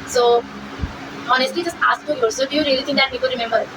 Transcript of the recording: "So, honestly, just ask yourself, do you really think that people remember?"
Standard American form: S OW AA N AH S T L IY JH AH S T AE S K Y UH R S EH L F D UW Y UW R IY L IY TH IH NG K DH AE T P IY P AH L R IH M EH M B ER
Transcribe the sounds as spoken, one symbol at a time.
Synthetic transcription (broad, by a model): S OW AA N AH S T L IY JH AH S T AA S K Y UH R S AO D UW Y UW R IY L IY T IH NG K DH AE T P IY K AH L R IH M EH M B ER